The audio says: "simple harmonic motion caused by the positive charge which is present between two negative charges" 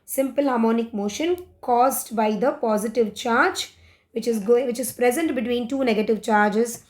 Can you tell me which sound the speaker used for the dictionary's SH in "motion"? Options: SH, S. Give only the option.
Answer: SH